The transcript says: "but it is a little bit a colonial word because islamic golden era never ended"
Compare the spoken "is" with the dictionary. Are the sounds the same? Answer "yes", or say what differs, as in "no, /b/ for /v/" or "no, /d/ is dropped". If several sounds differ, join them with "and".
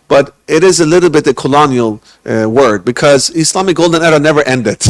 yes